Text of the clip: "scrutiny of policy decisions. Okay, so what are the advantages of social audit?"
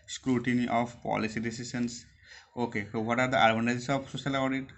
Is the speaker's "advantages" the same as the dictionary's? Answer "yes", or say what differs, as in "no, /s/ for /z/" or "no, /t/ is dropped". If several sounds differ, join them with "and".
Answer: no, /b/ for /v/ and /s/ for /z/